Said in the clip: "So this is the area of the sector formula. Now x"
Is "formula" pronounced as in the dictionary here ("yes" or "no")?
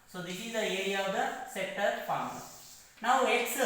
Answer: no